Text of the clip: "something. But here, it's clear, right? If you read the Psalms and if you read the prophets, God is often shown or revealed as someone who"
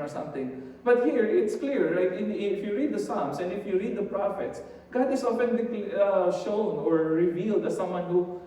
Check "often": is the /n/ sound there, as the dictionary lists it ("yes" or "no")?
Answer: no